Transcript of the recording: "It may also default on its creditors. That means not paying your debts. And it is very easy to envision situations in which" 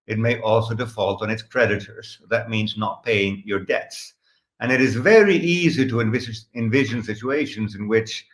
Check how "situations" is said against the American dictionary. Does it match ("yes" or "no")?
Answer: yes